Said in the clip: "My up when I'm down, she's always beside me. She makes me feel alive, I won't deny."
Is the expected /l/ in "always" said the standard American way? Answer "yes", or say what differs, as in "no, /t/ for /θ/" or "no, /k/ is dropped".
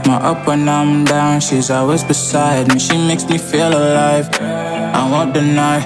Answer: no, /l/ is dropped